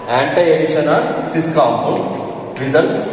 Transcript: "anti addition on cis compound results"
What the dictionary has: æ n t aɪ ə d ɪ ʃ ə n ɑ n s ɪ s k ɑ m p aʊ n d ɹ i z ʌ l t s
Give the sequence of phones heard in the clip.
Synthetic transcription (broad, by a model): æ n t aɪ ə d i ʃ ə n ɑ l s ɪ s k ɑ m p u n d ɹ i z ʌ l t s